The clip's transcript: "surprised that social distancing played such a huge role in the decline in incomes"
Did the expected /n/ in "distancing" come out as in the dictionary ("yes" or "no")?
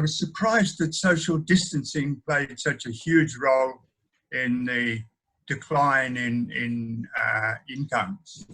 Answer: yes